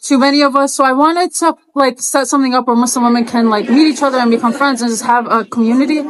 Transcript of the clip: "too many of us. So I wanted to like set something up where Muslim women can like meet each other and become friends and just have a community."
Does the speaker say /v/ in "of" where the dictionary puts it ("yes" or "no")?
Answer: yes